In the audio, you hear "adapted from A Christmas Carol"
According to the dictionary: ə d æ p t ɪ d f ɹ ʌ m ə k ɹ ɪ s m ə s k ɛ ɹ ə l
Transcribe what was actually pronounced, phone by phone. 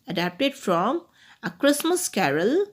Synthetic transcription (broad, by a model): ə d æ p t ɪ d f ɹ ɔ m ə k ɹ ɪ s m ə s k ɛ ɹ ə l